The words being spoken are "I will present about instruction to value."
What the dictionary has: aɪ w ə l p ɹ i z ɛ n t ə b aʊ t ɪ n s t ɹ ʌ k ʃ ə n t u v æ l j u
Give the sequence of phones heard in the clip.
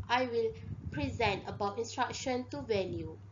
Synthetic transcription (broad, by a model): aɪ w ə l p ɹ i z ɛ n t ə b aʊ t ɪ n s t ɹ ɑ k ʃ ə n t u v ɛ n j u